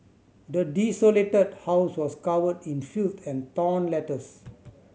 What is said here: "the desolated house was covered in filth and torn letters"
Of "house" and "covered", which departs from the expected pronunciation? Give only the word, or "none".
covered